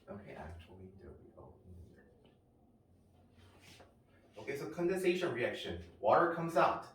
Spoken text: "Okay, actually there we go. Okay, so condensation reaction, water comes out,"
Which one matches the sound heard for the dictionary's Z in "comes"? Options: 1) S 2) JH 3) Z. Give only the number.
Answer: 3